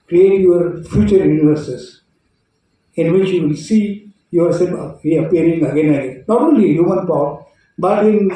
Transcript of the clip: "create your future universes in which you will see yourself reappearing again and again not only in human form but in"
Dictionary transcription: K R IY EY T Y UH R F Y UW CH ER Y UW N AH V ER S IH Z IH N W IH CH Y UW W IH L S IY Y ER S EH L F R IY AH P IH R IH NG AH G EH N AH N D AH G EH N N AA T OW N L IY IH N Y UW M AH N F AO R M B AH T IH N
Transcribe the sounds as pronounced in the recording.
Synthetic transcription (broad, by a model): K R IY EY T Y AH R F Y UW CH ER Y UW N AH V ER S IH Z IH N W IH CH Y UW W IH L S IY Y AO S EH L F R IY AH P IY R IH NG AH G EH N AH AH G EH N N AA T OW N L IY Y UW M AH N P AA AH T B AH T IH N